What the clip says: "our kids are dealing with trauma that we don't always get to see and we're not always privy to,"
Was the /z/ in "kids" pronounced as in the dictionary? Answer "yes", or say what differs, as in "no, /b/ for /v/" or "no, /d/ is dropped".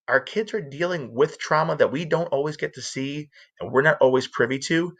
yes